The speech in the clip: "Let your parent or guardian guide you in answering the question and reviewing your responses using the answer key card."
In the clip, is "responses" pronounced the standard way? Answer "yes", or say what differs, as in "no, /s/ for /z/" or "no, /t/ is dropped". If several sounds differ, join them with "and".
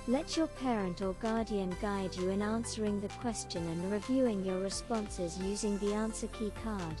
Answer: yes